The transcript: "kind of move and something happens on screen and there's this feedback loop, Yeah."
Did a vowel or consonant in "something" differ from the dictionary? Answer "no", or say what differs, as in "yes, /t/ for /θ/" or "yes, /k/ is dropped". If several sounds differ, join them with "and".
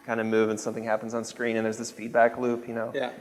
no